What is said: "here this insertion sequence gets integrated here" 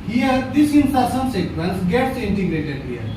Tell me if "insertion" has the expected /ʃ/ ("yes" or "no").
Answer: no